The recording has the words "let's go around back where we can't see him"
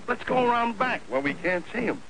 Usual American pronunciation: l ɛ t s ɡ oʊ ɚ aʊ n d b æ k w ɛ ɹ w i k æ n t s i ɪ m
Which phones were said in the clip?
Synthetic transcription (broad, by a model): l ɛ t s ɡ oʊ ɚ aʊ n d b æ k w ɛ l w i k æ n t s i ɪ m